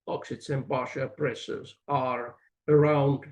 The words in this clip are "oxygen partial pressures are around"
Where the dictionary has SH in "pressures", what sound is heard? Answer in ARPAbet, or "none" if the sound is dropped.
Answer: S